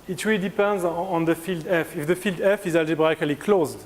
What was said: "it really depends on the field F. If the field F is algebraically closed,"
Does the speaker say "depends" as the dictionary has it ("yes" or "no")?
yes